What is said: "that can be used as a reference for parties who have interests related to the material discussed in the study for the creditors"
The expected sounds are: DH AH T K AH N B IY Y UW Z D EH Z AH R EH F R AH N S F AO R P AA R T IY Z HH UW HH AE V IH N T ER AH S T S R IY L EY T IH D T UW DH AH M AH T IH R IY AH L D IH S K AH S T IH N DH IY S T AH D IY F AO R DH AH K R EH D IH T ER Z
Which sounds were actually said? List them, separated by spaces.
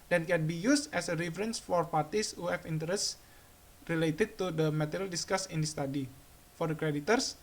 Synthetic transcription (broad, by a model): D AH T K AH N B IY Y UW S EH S AH R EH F R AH N S F AO R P AA R T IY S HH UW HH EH F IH N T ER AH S S R IY L EY T IH D T UW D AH M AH T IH R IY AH L D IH S K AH S IH N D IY S T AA D IY F AO R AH K R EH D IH T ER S